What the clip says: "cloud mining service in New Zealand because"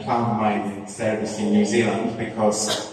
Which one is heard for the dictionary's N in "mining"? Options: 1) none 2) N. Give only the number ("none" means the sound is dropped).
1